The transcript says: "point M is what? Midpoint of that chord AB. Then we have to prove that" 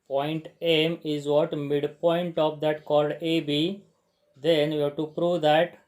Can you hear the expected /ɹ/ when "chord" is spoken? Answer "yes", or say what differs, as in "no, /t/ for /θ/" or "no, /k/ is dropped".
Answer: no, /l/ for /ɹ/